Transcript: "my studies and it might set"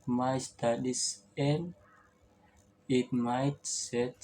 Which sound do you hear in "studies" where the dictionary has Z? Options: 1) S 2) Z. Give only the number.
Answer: 1